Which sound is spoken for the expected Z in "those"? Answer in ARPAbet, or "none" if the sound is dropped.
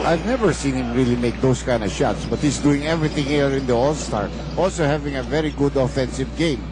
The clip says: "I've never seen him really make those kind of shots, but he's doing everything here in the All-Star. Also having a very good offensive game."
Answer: S